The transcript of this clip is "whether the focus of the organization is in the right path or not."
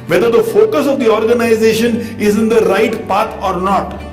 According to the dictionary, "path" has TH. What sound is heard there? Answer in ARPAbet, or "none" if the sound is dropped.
T